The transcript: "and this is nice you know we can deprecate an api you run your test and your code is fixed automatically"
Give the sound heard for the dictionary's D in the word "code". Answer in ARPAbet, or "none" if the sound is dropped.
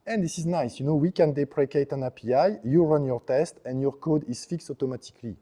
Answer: D